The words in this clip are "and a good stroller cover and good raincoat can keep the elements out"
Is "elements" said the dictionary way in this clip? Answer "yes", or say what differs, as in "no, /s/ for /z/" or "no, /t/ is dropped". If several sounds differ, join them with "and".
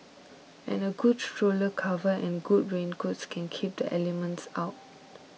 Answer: yes